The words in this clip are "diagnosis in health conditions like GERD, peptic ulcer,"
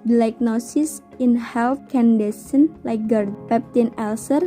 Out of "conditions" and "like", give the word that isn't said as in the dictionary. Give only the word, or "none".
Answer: conditions